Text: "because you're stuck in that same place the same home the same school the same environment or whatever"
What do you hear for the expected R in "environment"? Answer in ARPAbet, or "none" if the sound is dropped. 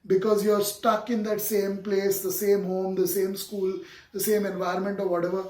R